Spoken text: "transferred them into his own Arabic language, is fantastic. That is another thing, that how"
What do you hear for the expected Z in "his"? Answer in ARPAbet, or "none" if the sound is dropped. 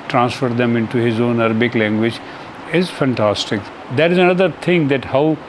Z